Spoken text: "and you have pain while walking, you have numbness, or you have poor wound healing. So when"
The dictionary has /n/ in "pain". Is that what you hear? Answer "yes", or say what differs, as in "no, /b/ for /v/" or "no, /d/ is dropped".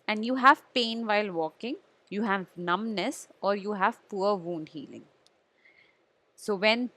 yes